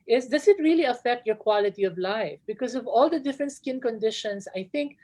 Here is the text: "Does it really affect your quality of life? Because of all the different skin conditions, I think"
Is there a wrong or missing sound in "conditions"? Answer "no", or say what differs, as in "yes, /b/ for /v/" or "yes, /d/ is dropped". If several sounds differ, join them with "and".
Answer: yes, /s/ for /z/